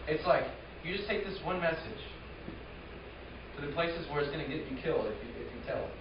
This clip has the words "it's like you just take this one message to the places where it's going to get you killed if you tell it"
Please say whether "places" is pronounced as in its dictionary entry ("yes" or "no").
yes